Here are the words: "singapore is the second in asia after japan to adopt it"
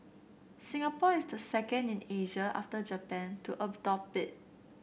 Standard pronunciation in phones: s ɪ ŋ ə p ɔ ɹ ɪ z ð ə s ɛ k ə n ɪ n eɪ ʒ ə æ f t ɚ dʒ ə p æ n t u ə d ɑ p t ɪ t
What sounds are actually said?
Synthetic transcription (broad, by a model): s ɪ ŋ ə p ɔ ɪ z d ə s ɛ k ə n ɪ n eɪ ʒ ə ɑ f t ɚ dʒ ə p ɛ n t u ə d ɑ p ɪ t